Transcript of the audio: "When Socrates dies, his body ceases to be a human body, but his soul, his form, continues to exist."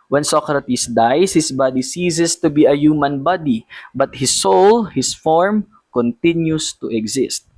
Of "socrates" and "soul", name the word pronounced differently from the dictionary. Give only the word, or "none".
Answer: socrates